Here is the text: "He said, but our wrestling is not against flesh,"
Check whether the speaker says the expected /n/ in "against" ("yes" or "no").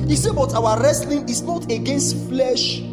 yes